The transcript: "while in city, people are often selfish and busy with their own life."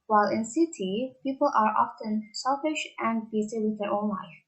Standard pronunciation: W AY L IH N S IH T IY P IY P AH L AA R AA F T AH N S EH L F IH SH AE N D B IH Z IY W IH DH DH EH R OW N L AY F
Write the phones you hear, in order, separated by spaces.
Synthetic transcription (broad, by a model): W AY L IH N S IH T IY P IY P AH L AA R AA F T AH N S EH L F IH SH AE N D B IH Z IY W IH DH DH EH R OW N L AY F